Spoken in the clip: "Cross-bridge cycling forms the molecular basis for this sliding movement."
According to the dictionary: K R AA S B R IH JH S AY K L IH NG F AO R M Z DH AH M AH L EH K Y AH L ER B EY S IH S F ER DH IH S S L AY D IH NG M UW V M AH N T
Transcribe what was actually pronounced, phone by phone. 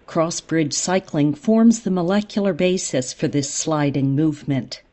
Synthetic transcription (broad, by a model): K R AA S B R IH JH S AY K L IH NG F AO R M Z DH AH M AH L EH K Y L ER B EY S IH S F ER DH IH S S L AY D IH NG M UW V M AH N T